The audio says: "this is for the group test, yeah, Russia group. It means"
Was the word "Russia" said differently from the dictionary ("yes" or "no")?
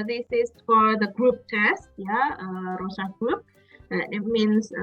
yes